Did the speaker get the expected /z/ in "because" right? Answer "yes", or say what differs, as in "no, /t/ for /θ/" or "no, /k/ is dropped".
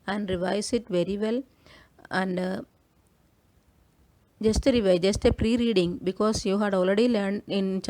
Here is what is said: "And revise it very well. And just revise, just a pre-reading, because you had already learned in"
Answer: no, /s/ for /z/